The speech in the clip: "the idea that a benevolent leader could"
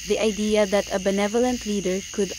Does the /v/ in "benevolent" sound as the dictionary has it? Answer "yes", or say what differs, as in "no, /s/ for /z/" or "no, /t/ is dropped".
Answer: yes